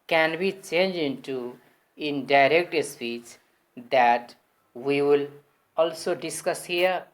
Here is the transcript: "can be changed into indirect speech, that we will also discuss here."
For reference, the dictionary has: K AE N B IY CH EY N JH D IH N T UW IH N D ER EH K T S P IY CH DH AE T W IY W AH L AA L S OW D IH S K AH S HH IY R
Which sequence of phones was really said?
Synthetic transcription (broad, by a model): K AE N B IY CH EY N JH IH N T UW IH N D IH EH K T S P IY CH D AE T W IY W AH L AA L S OW D IH S K AH S HH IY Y